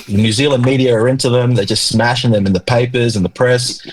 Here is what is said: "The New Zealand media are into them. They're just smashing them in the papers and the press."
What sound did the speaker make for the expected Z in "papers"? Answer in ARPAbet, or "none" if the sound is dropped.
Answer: Z